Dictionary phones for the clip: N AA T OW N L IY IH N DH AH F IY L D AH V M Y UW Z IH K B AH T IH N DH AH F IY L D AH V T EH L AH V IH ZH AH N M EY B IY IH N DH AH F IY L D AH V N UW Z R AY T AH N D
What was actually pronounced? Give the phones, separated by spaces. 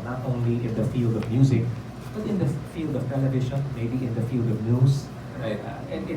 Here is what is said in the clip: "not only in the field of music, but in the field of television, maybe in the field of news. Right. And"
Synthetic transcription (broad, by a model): N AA T OW N L IY IH N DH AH F IY L D AH V M Y UW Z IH K B AH T IH N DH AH F IY L D AH V T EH L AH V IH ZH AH N M EY B IY IH N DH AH F IY L D AH V N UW S R AY T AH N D